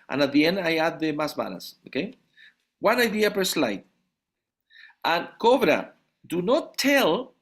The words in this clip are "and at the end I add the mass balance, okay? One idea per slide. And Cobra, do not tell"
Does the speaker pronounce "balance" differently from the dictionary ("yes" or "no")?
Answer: yes